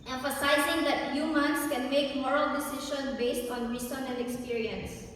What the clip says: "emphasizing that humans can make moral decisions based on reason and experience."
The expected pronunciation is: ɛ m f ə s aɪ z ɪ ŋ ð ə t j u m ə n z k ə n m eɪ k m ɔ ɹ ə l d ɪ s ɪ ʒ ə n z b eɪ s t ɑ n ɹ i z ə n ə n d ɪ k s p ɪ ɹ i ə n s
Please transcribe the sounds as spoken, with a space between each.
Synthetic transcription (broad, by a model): ɛ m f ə s aɪ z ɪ ŋ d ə t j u m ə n s k ə n m eɪ k m ɔ ɹ ə l d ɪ s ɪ ʃ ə n b eɪ s t ɑ n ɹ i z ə n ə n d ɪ k s p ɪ ɹ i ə n s